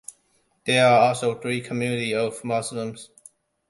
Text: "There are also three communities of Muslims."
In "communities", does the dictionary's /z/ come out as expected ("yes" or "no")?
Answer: no